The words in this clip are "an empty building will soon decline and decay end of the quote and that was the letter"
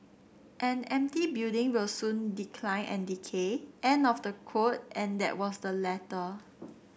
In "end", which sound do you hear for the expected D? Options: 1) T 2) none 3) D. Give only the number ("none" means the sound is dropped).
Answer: 2